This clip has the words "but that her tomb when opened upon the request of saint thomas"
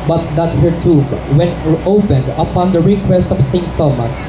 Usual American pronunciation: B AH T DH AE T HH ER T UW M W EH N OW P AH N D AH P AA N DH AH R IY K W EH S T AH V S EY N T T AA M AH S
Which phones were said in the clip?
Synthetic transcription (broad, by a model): B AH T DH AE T HH ER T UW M W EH N OW P AH N D AH P AA N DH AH R IY K W EH S T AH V S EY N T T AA M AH S